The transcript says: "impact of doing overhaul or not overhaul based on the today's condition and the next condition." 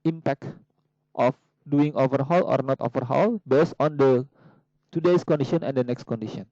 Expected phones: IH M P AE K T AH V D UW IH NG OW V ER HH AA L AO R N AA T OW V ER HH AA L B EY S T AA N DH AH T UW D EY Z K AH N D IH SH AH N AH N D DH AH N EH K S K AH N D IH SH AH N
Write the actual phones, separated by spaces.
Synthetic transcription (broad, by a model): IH M P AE K T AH F D UW IH NG OW V ER HH AA L AO R N AA T OW V ER HH AA L B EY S AA N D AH T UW D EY S K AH N D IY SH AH N AH N D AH N EH K S K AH N D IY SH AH N